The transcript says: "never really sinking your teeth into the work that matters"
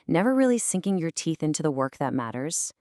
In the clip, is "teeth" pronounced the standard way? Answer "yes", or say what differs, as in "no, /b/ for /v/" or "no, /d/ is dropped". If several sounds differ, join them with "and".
yes